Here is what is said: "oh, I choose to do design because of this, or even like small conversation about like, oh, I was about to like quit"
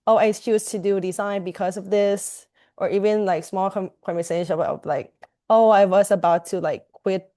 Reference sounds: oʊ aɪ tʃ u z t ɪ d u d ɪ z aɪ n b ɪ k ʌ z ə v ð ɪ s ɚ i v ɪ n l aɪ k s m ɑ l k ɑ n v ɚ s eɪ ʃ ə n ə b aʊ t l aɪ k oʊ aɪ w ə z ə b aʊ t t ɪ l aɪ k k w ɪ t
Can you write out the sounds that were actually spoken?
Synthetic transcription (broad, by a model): oʊ aɪ s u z t ɪ d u d ɪ z aɪ n b ɪ k ʌ z ə v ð ɪ s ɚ i v ɪ n l aɪ k s m ɑ l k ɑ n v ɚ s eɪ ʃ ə ə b l aɪ k oʊ aɪ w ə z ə b aʊ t t ɪ l aɪ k k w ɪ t